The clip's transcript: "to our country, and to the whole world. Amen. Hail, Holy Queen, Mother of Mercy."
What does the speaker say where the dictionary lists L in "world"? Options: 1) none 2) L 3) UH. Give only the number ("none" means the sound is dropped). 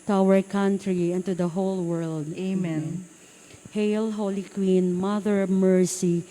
2